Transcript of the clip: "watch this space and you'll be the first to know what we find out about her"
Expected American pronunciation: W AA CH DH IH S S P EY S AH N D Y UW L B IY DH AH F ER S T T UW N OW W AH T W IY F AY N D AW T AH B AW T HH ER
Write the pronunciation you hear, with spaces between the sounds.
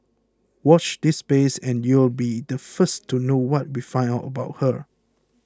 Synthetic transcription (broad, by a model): W AA CH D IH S S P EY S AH N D Y UW L B IY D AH F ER S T T UW N OW W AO T W IY F AY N AW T AH B AW T HH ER